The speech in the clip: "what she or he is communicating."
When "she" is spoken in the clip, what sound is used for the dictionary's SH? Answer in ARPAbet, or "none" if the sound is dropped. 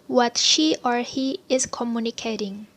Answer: SH